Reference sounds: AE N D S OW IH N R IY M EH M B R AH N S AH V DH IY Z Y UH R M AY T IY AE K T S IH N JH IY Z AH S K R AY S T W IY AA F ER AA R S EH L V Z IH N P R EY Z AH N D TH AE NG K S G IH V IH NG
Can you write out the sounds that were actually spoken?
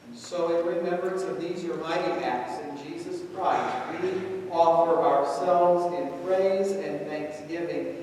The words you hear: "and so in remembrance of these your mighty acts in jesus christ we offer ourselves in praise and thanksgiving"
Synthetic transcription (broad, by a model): S OW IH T R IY M EH M B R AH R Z AH V DH IY Z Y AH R M AY T IY AE K T S IH N JH IY Z AH S K R AY S T W IY AA F ER AA R S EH L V Z IH N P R EY Z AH N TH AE NG K S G IH V IH NG